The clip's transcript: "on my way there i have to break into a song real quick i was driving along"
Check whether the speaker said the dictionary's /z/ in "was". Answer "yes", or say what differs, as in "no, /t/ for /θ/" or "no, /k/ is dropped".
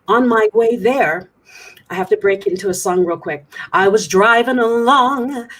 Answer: yes